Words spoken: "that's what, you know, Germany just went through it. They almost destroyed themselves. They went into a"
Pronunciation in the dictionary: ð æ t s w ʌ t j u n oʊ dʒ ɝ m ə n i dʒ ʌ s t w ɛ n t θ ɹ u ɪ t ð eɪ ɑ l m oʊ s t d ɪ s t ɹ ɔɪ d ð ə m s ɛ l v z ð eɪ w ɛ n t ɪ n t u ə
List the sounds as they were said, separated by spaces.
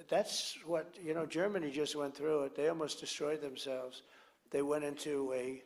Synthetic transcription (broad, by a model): ð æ t s w ʌ t j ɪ n oʊ dʒ ɝ m ə n i dʒ ʌ s t w ɛ n θ ɹ u ɪ t ð eɪ ɑ l m oʊ s d ɪ s t ɹ ɔɪ d ð ə m s ɛ l v z ð eɪ w ɛ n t ɪ n t u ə